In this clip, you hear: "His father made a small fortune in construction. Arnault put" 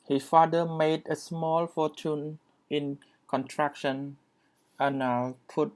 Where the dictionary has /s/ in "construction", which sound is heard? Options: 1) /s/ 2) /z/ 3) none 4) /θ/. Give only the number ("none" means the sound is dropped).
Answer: 3